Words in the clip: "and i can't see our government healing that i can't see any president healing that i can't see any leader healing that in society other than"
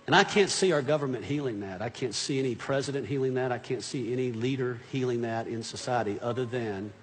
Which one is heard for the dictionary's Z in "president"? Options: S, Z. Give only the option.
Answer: Z